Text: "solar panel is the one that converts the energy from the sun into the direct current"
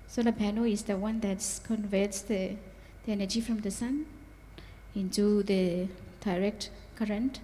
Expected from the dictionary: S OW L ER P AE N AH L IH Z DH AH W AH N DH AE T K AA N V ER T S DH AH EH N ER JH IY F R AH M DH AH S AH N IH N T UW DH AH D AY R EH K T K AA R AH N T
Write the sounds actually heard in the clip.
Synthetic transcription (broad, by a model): S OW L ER B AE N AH IH Z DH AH W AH N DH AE T K AA N V ER T S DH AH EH N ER JH IY F R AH M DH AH S AH N IH N T UW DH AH D AY R EH K T K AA R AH N T